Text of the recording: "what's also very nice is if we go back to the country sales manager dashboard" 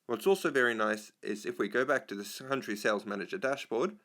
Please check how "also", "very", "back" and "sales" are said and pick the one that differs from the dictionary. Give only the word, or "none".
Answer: none